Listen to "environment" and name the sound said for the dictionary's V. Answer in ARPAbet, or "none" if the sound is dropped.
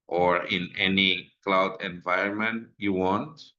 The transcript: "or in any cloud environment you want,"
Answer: V